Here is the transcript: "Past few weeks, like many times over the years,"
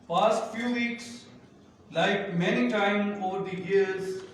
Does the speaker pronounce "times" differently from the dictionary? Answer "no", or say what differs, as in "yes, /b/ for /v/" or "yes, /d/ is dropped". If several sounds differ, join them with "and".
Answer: yes, /z/ is dropped